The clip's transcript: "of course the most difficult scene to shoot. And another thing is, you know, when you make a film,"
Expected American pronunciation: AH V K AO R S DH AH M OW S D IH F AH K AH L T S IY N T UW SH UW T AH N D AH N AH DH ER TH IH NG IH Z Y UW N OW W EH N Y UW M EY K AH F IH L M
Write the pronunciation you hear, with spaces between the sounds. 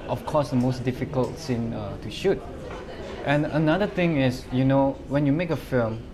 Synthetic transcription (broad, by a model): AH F K AO S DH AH M OW S D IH F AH K AH L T S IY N T UW SH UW T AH N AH N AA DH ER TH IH NG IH S Y UW N OW W EH N Y UW M EY K AH F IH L M